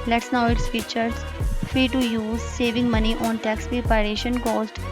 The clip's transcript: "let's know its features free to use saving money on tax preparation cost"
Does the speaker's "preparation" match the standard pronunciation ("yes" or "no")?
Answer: no